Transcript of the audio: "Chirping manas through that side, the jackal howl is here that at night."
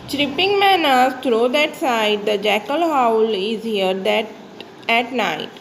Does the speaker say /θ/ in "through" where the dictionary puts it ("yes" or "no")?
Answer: no